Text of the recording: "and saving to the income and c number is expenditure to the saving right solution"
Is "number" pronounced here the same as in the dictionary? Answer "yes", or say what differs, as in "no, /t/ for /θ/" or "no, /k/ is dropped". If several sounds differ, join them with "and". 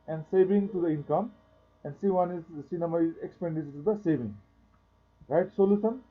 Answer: no, /b/ is dropped